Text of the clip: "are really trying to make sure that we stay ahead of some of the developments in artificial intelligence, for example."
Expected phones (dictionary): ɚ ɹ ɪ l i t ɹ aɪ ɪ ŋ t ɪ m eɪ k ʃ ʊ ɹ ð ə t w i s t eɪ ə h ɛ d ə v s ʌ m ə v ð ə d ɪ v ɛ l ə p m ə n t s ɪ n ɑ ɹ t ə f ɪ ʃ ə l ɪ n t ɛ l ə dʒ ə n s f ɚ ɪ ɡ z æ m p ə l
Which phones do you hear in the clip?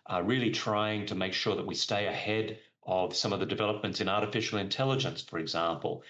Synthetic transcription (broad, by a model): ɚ ɹ ɪ l i t ɹ aɪ ɪ ŋ t ɪ m eɪ k ʃ ʊ ɹ ð ə t w i s t eɪ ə h ɛ d ə v s ʌ m ə v ð ə d ɪ v ɛ l ə p m ə n t s ɪ n ɑ ɹ t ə f ɪ ʃ l ɪ n t ɛ l ə dʒ ə n s f ɚ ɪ ɡ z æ m p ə l